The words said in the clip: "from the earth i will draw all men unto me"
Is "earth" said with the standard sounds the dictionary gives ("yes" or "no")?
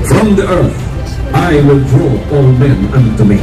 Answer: yes